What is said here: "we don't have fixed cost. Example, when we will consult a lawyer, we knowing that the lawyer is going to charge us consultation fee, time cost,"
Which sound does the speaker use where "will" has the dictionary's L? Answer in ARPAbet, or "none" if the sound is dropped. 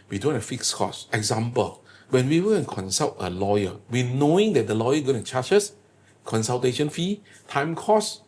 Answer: N